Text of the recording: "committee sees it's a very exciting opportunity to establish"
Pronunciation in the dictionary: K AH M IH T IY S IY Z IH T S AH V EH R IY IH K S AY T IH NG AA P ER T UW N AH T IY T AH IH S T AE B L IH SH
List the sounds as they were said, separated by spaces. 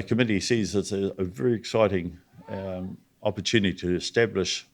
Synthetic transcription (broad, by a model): K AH M IH T IY S IY Z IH T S AH V EH R IY IH K S AY T IH NG AA P ER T UW N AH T IY T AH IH S T AE B L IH SH